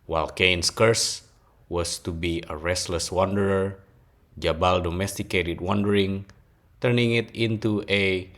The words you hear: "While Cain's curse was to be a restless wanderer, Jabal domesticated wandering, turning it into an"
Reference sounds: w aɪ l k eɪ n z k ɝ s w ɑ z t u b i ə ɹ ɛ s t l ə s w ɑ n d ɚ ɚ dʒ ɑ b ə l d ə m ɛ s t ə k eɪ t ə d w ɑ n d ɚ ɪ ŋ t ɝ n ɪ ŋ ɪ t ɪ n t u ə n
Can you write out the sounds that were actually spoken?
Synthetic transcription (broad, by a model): w aɪ l k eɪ n s k ɝ s w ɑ s t u b i ə ɹ ɛ s t l ə s w ɑ n d ɚ ɚ dʒ ɑ b ə l d ə m ɛ s t ə k eɪ t ə d w ɑ n d ɚ ɪ ŋ t ɝ n ɪ ŋ ɪ t ɪ n t u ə